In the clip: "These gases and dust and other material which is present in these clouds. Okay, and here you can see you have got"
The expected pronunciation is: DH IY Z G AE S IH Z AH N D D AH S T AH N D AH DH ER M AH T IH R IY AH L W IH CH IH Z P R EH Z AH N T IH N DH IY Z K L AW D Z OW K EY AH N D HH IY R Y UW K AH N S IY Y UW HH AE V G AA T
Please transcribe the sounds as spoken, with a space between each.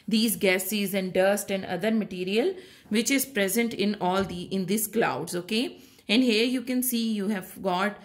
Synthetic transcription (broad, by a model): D IY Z G AE S IH Z AH N D D AH S T AH N D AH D ER M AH T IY R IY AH L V IH CH IH Z P R EH Z AH N T IH N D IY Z K L AW D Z OW K EY AH N D HH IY R Y UW K AH N S IY Y UW HH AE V G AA T